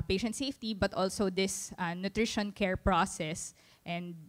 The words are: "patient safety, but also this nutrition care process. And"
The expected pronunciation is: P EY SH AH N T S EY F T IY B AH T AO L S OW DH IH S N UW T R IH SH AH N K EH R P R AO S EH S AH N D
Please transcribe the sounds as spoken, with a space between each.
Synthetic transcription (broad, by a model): P EY SH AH N T S EY F T IY B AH T AO L S OW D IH S N UW T R IH SH AH N K EH R P R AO S EH S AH N D